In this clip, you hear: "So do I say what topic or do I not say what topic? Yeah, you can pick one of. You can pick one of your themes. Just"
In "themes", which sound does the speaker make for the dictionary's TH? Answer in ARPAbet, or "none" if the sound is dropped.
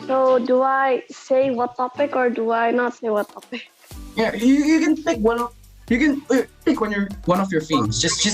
F